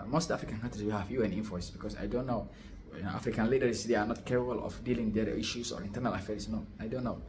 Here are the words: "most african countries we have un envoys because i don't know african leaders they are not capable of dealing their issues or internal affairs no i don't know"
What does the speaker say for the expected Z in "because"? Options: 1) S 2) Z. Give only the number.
1